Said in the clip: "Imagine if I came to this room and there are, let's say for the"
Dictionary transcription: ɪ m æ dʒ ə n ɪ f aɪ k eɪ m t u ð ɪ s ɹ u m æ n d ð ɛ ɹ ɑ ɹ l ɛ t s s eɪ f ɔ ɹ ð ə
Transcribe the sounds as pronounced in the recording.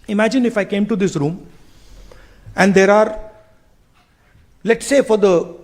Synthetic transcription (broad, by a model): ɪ m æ dʒ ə n ɪ f aɪ k eɪ m t u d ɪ s ɹ u m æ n d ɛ ɹ ɑ ɹ l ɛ t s s eɪ f ɔ ɹ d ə